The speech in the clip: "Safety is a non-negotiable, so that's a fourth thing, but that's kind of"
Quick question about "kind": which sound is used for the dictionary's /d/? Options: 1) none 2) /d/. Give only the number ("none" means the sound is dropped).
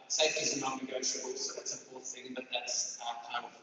1